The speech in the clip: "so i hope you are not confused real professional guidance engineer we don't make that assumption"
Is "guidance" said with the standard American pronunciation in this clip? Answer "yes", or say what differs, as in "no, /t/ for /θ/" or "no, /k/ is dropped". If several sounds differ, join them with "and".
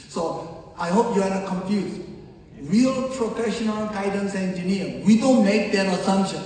yes